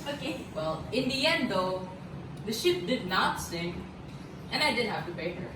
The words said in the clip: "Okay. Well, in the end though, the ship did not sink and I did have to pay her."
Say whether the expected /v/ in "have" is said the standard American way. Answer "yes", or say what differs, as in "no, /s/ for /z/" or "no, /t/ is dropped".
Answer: no, /f/ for /v/